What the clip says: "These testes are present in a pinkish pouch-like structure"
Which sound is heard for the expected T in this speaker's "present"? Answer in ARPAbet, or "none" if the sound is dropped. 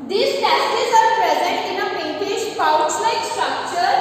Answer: T